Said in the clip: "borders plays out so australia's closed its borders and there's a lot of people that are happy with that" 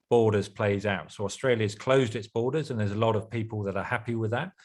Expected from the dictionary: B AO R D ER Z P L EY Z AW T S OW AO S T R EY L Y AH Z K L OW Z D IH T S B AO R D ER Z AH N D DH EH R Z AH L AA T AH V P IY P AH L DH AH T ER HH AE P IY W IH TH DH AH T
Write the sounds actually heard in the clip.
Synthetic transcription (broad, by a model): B AO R D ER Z P L EY Z AW T S OW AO S T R EY L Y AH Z K L OW Z D IH T S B AO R D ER Z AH N DH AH Z AH L AA T AH V P IY P AH L DH AH T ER HH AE P IY W IH DH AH T